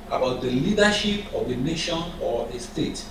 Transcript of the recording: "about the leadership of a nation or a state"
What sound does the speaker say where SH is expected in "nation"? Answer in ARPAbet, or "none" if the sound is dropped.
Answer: SH